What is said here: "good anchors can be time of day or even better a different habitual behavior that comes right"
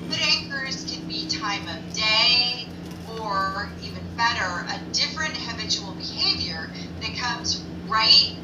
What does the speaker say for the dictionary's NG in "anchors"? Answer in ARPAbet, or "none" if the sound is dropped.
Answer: none